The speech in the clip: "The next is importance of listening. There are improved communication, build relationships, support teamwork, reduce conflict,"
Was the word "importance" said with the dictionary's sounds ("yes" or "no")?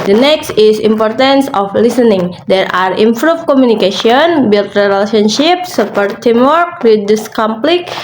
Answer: yes